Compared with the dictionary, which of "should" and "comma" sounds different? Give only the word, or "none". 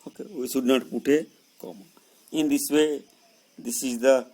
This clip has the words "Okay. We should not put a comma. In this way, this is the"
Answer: should